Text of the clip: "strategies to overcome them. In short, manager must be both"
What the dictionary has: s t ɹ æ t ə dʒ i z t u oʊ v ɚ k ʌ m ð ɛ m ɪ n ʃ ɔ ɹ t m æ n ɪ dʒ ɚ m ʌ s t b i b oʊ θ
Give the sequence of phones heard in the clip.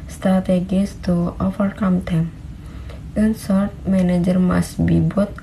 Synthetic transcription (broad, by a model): s t ɹ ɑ t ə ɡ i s t u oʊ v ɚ k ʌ m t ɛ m ɪ n s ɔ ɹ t m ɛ n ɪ dʒ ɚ m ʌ s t b i b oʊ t